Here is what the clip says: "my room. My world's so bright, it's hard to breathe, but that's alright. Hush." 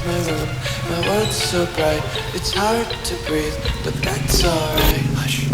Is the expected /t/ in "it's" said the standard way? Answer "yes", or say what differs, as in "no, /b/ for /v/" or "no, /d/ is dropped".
yes